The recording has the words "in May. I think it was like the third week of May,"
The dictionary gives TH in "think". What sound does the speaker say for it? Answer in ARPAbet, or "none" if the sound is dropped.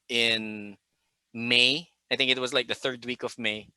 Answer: TH